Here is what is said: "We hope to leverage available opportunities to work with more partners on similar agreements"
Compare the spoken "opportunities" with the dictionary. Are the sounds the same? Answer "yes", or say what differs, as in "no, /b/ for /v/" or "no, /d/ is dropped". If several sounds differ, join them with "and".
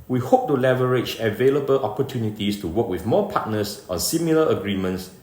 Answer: no, /s/ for /z/